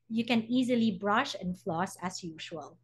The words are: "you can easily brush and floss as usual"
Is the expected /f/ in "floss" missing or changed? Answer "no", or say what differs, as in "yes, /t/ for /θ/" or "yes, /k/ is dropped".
no